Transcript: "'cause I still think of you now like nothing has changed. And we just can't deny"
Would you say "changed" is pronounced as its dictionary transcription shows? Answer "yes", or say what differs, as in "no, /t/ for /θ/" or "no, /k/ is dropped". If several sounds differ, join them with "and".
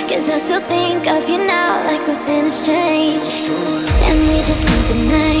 no, /d/ is dropped